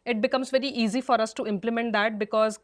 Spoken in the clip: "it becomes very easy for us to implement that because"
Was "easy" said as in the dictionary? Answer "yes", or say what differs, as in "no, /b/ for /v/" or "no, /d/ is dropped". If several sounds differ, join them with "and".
yes